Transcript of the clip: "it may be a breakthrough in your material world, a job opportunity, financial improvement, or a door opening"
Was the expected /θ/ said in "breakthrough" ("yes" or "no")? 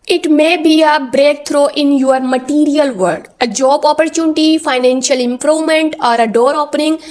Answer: no